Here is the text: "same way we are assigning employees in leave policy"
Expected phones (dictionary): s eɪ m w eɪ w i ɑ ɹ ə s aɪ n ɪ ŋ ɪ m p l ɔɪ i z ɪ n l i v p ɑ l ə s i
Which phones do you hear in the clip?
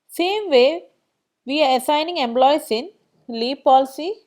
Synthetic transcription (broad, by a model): s eɪ m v eɪ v i ɑ ɹ ə s aɪ n ɪ ŋ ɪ m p l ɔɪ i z ɪ n l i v p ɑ l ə s i